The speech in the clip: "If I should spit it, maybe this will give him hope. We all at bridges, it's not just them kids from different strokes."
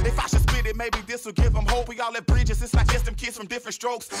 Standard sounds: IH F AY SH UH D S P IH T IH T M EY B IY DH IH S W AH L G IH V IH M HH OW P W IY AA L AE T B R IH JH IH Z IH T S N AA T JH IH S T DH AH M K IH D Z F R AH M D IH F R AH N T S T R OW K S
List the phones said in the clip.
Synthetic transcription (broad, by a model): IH F AY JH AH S B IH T IH T M EY B IY DH IH S W AH L G IH V IH M HH OW P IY AA L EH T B R IH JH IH Z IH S L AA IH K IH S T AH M K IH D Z F R AH M D IH F R AH N T S T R OW K S